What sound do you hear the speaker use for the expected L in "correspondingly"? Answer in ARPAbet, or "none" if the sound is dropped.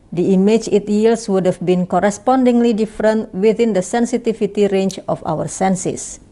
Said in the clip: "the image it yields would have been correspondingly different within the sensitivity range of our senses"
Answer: L